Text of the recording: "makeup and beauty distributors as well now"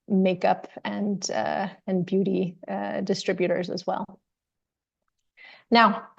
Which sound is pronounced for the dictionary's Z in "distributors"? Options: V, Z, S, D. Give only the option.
Z